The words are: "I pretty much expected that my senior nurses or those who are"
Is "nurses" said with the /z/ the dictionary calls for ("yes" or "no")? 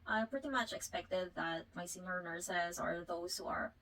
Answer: yes